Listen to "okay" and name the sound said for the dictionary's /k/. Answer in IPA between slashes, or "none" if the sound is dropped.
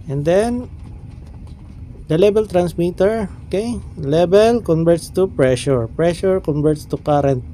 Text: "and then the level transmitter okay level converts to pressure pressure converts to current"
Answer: /k/